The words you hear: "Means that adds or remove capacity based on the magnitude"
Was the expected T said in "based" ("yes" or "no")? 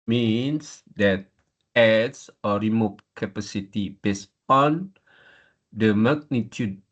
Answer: no